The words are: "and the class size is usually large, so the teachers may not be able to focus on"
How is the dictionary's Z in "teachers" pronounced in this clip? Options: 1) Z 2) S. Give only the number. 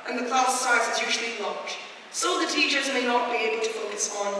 1